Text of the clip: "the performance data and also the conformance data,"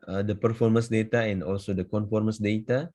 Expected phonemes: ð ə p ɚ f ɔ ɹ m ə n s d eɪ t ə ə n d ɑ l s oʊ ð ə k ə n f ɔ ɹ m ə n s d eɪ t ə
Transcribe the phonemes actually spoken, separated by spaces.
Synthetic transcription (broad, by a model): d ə p ɚ f ɔ ɹ m ə n s d eɪ t ə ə n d ɑ l s oʊ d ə k ə n f ɔ ɹ m ə n s d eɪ t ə